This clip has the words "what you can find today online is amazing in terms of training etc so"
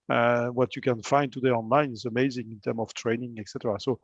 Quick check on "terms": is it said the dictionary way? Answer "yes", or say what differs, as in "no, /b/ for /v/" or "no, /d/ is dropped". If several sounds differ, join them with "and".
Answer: no, /z/ is dropped